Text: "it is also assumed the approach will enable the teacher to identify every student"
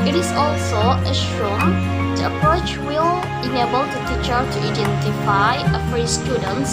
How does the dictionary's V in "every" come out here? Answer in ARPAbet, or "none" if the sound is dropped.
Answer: F